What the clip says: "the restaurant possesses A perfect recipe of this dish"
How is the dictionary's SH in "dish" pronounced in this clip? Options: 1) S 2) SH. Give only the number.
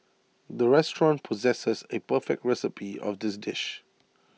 2